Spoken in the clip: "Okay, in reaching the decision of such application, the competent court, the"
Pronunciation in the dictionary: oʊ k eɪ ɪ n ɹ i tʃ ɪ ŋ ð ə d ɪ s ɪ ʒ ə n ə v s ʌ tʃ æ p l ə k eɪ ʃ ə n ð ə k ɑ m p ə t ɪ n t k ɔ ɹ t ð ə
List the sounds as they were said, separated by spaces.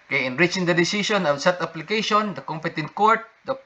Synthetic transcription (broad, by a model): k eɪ ɪ n ɹ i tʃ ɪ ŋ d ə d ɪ s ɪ s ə n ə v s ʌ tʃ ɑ p l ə k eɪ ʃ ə n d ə k ɑ m p ə t ɪ n t k ɔ ɹ t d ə